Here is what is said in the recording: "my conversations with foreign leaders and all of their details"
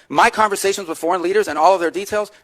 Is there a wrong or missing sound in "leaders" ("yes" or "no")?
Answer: no